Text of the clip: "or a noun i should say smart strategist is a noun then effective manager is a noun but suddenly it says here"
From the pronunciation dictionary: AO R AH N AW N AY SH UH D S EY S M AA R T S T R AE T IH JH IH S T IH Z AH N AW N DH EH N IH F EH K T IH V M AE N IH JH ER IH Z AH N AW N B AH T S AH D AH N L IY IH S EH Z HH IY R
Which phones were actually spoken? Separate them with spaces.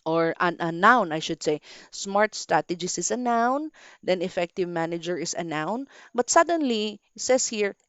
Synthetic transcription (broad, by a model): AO R AH N AW N AY SH UH D S EY S M AA R T S T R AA T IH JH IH S IH S AH N AW N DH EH N IH F EH K T IH V M AE N IH JH ER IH S AH N AW N B AH T S AH D AH N L IY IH S EH S HH IY R